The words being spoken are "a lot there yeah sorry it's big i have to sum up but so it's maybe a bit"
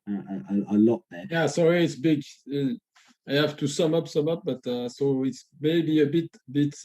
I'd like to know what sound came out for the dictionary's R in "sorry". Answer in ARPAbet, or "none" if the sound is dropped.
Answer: R